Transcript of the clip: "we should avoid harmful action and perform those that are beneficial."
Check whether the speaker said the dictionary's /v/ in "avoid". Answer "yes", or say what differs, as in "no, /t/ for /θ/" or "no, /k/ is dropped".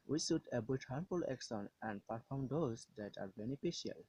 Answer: no, /b/ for /v/